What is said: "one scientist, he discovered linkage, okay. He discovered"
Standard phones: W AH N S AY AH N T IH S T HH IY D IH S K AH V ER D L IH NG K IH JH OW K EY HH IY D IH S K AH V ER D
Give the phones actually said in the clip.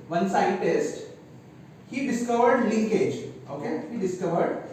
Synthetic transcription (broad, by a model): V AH N S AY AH T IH S T HH IY D IH S K AH V ER D L IH NG K IH JH OW K EY HH IY D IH S K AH V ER D